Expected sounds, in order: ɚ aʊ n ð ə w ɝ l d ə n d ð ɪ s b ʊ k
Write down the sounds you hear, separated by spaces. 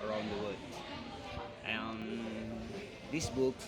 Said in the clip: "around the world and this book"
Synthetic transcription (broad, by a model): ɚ aʊ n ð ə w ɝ d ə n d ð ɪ s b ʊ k